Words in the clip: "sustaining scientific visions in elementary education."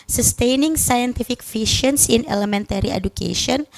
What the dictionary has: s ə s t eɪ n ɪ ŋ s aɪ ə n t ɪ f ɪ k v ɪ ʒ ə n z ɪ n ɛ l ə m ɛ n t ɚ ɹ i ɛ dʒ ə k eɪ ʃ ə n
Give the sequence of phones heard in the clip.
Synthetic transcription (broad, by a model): s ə s t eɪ n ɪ ŋ s aɪ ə n t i f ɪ k f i ʃ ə n s ɪ n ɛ l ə m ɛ n t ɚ ɹ i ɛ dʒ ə k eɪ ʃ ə n